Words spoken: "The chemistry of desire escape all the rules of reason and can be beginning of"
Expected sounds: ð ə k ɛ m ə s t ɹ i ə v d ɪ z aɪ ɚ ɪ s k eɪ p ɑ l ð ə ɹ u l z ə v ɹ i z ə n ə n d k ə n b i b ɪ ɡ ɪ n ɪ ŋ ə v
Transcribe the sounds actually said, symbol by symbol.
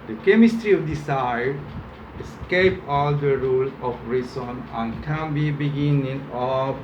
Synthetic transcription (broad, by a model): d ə k ɛ m ə s t ɹ i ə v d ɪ s aɪ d ɪ s k eɪ p ɑ l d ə ɹ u l ə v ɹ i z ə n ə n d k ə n b i b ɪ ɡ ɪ n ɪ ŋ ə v